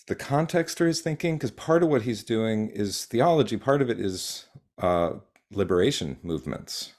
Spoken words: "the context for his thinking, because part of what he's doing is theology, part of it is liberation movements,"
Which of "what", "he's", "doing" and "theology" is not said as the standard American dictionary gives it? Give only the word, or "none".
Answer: none